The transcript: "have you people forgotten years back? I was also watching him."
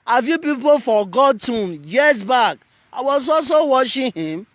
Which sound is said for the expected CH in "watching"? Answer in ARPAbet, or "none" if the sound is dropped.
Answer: SH